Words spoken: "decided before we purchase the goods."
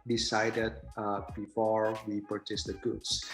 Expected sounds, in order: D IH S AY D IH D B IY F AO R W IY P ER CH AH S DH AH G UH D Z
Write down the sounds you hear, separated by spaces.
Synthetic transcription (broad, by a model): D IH S AY D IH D B IY F AO R W IY P ER CH AH S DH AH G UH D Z